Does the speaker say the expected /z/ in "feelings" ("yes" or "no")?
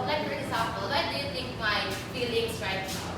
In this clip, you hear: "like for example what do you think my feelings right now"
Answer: no